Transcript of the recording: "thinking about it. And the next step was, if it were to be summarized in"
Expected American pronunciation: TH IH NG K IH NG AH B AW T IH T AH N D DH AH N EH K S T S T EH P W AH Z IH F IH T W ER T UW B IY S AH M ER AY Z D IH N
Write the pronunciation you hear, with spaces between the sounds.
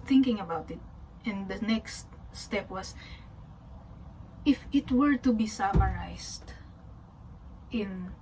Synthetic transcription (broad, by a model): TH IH NG K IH NG AH B AW T IH T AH N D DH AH N EH K S T S T EH P W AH S IH F IH T W ER T UW B IY S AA M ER AY S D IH N